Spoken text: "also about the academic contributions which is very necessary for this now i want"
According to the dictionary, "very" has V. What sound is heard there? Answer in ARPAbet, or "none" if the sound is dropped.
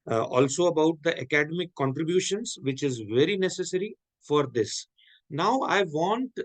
V